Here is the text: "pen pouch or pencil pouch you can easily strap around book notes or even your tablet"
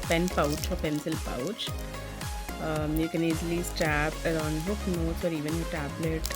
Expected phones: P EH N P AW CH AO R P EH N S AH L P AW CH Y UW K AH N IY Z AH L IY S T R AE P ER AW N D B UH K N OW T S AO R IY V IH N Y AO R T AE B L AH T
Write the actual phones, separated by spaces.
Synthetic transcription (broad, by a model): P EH N P AW CH AO R P EH N S AH L P AW CH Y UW K AH N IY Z L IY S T AE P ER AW N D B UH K N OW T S AO R IY V IH N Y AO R T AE B L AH T